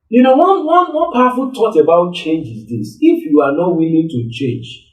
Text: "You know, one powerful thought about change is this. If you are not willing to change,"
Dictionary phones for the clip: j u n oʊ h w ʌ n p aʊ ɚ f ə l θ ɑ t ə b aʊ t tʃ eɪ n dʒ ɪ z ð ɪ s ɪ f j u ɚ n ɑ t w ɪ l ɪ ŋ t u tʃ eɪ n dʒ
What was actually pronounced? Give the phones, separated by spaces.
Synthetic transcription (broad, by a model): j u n oʊ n w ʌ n p aʊ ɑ f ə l t ɑ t ə b aʊ t tʃ eɪ n dʒ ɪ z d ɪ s ɪ f j u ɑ n ɑ t w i l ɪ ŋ t u tʃ eɪ n dʒ